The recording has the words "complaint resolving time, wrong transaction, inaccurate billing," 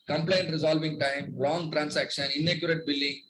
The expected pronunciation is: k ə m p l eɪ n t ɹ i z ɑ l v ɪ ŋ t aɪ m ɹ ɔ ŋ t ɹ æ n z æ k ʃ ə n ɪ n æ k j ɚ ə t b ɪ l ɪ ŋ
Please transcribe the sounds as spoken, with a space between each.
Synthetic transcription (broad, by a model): k ə m p l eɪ n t ɹ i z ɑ l v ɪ ŋ t aɪ m l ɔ ŋ t ɹ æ n s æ k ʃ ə n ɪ n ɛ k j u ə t b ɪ l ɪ ŋ